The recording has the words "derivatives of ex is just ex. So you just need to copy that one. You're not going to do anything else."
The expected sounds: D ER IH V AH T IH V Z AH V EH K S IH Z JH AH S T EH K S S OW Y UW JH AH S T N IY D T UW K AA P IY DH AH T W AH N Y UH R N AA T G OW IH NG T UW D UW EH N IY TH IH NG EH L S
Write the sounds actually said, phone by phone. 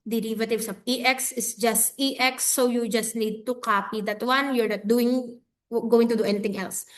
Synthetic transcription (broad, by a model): D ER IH V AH T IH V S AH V EH K S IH S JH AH S T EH K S S OW Y UW JH AH S T N IY D T UW K AA P IY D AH T W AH N Y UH R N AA T G OW IH NG T UW D UW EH N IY T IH NG EH L S